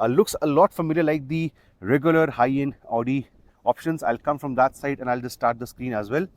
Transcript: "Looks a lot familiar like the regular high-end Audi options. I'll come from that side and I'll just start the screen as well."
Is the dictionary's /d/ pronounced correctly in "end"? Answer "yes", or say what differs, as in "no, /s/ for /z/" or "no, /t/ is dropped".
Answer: no, /d/ is dropped